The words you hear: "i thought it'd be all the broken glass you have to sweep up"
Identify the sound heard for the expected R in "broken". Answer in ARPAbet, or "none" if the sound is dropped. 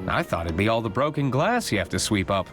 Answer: R